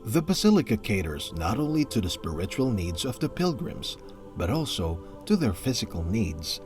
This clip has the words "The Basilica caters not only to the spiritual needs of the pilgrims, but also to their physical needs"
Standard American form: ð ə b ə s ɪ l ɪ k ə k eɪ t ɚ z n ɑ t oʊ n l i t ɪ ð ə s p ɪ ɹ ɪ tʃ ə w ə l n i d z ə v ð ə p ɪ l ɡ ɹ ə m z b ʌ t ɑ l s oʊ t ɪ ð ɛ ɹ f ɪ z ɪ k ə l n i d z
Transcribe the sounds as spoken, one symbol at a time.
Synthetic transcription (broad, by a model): ð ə b ə s ɪ l ɪ k ə k eɪ t ɚ z n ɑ t oʊ n l i t ɪ ð ə s p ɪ ɹ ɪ tʃ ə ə l n i d z ə v ð ə p ɪ l ɡ ɹ ə m z b ʌ t ɑ l s oʊ t ɪ ð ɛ ɹ f ɪ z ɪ k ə l n i d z